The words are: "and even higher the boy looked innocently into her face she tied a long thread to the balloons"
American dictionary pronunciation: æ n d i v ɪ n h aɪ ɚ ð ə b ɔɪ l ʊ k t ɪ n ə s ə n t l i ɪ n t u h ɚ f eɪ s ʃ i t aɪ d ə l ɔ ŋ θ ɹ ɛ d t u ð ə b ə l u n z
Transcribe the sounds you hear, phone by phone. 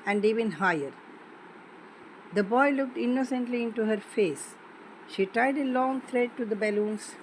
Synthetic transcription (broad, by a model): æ n d i v ɪ n h aɪ ɚ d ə b ɔɪ l ʊ k t ɪ n ə s ə n t l i ɪ n t u h ɚ f eɪ s ʃ i t aɪ d ə l ɔ ŋ t ɹ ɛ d t u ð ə b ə l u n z